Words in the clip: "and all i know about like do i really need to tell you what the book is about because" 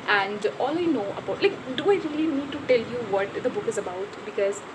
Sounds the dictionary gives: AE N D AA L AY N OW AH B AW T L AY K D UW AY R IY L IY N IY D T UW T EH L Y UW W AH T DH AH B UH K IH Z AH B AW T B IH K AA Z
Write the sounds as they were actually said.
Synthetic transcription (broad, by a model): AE N D AA L AY N OW AH B AW T L AY K D UW AY R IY L IY N IY D T UW T EH L Y UW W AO T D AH B UH K IH Z AH B AW T B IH K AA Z